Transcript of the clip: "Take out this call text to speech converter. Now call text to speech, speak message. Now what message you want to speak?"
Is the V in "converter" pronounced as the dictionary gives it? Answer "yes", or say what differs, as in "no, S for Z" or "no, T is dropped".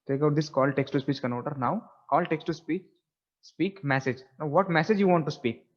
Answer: no, V is dropped